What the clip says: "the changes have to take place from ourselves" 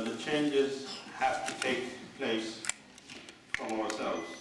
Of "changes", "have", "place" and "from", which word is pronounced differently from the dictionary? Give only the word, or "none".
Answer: have